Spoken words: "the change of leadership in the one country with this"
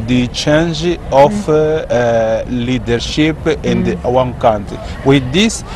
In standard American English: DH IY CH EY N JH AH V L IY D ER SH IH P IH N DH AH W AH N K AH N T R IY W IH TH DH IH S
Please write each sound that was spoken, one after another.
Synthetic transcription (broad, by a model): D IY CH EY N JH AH F L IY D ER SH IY P IH N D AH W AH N K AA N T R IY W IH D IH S